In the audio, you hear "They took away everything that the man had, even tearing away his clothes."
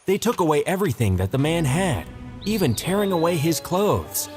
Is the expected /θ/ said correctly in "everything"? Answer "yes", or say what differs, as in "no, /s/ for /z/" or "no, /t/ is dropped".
yes